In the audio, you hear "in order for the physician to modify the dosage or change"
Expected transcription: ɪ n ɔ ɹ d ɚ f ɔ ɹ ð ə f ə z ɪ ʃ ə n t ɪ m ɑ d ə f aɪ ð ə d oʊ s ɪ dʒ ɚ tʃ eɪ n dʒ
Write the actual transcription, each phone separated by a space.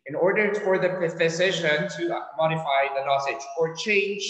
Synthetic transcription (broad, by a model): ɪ n ɔ ɹ d ɚ f ɔ ɹ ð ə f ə s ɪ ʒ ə n t ɪ m ɑ d ə f aɪ ð ə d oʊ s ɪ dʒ ɚ tʃ eɪ n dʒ